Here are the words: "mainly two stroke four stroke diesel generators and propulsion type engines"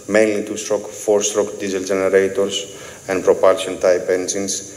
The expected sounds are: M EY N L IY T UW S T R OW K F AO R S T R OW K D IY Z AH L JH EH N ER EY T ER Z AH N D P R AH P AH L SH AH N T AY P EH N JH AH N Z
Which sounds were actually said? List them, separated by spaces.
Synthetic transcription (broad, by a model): M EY N L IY T UW S T R OW K F AO R S T R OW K D IY Z AH L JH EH N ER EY T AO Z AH N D P R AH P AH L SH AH N T AY P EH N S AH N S